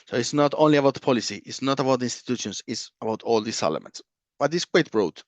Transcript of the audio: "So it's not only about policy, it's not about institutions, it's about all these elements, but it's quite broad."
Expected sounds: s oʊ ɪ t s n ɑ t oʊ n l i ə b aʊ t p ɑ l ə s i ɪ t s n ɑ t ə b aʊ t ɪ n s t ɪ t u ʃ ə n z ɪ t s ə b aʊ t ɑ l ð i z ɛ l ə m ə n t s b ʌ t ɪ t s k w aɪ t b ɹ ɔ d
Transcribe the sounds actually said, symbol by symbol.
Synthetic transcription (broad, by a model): s oʊ ɪ t s n ɑ t oʊ n l i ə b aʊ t p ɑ l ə s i ɪ t s n ɑ t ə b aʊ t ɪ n s t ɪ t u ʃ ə n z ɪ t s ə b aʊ t ɑ l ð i s ɛ l ə m ə n t s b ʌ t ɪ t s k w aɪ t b ɹ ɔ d